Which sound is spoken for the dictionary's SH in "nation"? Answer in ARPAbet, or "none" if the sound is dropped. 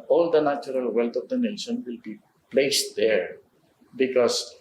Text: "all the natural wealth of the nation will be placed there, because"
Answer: S